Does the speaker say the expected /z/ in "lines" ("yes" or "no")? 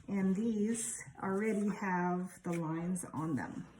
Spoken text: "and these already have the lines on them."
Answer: yes